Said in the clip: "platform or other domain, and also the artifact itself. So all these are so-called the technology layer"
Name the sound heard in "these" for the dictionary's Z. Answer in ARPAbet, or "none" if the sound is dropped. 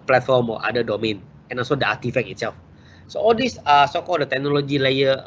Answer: S